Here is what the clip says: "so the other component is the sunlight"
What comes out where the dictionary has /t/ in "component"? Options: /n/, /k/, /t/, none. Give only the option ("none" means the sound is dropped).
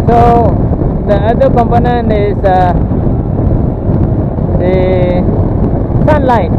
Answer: none